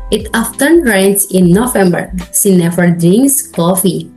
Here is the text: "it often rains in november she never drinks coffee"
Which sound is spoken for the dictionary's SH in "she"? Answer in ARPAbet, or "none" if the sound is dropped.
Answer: S